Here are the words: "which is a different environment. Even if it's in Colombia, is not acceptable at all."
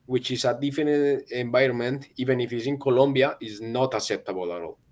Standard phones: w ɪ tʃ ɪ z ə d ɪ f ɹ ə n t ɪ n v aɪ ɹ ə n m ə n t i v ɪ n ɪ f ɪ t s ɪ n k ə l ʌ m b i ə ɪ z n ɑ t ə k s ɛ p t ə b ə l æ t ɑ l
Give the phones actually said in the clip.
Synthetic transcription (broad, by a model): w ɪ tʃ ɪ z ə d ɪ f ə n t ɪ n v aɪ ɹ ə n m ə n t i v ɪ n ɪ f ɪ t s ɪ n k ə l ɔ m b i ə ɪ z n ɑ t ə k s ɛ p t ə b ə l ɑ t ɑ l